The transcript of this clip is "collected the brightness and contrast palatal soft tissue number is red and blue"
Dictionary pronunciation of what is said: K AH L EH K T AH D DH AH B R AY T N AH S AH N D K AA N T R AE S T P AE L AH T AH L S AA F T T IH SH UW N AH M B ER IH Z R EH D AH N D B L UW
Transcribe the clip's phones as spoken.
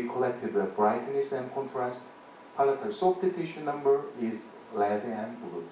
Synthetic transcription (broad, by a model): K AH L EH K T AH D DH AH B R AY T N AH S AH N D K AA N T R AE S T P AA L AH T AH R S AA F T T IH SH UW N AH M B ER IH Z L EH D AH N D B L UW